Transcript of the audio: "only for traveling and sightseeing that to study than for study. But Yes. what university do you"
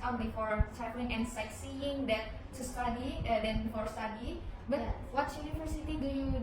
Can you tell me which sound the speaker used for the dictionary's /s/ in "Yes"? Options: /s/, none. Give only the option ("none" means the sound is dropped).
none